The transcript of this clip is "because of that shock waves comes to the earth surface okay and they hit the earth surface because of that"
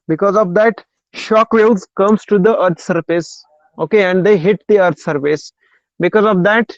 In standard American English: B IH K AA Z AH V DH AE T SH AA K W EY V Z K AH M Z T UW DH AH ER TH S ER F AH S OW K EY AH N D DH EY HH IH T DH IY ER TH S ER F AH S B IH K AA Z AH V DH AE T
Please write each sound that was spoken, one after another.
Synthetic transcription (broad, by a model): B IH K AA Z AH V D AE T SH AA K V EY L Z K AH M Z T UW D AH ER T S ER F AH S OW K EY AH N D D EY HH IH T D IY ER T S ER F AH S B IH K AA Z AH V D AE T